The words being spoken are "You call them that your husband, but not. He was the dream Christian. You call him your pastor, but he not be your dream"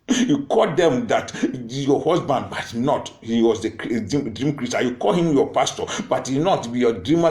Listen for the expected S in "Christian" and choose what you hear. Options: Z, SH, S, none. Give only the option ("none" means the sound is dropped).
none